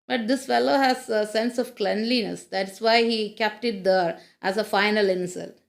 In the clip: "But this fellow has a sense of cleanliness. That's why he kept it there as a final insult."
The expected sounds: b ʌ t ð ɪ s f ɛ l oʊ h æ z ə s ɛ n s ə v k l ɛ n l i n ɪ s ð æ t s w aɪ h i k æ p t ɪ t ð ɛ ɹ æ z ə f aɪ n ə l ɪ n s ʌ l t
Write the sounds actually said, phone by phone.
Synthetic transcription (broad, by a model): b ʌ t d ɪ s f ɛ l oʊ h æ z ə s ɛ n s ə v k l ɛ n l i n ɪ s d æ t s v aɪ h i k æ p t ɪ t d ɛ ɹ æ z ə f aɪ n ə l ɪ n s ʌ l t